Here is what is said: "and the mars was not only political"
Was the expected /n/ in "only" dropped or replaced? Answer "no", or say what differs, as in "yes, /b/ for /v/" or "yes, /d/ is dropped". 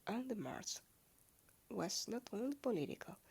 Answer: no